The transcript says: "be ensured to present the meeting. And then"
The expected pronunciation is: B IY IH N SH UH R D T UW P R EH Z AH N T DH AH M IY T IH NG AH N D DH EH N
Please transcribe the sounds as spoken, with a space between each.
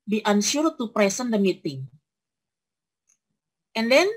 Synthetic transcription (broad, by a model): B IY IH N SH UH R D T UW P R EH S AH N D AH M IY T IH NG AH N D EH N